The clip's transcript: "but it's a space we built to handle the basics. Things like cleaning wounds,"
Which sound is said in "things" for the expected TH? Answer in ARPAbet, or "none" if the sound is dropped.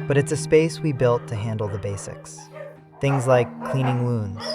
TH